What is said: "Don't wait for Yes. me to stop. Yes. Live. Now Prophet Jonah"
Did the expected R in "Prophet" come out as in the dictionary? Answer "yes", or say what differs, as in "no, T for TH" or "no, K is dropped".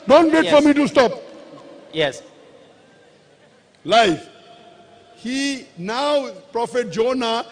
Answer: yes